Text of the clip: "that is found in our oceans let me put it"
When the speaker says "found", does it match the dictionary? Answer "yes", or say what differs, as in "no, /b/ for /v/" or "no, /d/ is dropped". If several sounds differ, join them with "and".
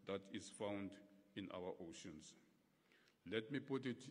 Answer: yes